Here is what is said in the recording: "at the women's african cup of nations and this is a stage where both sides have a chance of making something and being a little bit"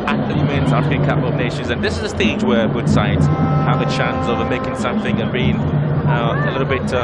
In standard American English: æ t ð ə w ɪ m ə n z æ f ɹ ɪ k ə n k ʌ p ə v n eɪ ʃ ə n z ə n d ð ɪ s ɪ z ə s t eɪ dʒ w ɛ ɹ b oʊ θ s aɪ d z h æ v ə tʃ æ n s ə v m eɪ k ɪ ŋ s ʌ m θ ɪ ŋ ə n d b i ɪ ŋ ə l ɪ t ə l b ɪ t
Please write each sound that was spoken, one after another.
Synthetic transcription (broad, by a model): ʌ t ð ə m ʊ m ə n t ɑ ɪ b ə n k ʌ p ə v n eɪ ʃ ə n z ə n ð ɪ s ɪ z ə s t eɪ dʒ w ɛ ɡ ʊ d s aɪ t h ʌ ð ə tʃ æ n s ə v m eɪ k ɪ ŋ s ʌ m θ ɪ ŋ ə n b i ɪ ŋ ə l ɪ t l b ɪ t